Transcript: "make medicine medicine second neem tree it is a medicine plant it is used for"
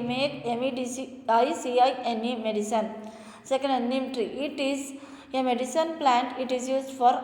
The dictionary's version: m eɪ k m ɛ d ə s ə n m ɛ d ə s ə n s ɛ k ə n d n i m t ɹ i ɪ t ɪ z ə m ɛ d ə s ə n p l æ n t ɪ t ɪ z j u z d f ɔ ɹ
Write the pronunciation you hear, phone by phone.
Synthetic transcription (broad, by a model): m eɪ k m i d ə s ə n m ɛ d ə s ə n s ɛ k ə n d n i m t ɹ i ɪ t ɪ z ə m ɛ d ə s ə n p l æ n t ɪ t ɪ z j u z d f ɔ ɹ